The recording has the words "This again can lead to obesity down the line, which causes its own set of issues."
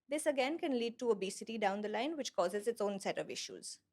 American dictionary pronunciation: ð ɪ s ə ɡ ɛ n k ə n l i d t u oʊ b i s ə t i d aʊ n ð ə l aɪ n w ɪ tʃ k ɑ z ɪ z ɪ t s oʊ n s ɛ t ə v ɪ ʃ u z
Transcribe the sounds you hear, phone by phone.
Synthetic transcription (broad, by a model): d ɪ s ə ɡ ɛ n k ə n l i d t u oʊ b i s ə t i d aʊ n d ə l aɪ n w ɪ tʃ k ɑ z ɪ z ɪ t s oʊ n s ɛ t ə v ɪ ʃ u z